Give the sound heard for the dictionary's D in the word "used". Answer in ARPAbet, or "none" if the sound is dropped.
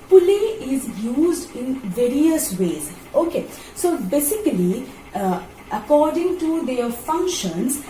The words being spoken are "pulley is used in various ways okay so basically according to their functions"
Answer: D